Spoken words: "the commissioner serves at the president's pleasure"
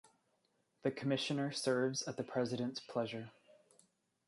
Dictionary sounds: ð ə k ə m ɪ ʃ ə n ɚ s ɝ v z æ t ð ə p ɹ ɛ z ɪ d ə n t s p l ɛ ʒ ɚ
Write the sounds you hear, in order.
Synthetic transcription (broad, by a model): ð ə k ə m ɪ ʃ ə n ɚ s ɝ v z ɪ t ð ə p ɹ ɛ z ɪ d ə n t s p l ɛ ʒ ɚ